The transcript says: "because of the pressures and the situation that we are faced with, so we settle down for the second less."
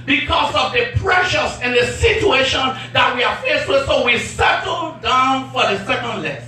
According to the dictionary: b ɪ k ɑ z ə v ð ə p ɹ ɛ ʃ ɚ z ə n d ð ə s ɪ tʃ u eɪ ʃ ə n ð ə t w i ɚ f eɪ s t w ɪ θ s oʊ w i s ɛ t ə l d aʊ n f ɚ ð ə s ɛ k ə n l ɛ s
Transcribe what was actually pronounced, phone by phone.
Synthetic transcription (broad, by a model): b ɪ k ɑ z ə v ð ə p ɹ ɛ ʃ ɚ s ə n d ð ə s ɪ tʃ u eɪ ʃ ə n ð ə t w i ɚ f eɪ s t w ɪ s oʊ w i s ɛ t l d aʊ n f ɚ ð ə s ɛ k ə n l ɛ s